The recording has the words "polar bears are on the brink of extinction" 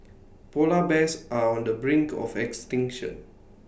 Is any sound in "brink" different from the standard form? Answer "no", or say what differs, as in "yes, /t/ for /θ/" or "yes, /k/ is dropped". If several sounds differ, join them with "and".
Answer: no